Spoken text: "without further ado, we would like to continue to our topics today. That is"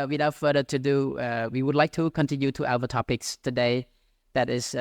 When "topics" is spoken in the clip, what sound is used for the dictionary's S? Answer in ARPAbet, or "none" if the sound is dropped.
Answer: S